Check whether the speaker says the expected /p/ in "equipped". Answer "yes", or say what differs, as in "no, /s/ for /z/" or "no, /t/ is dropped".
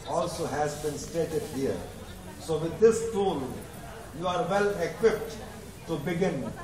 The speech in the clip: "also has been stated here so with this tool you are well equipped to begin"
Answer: yes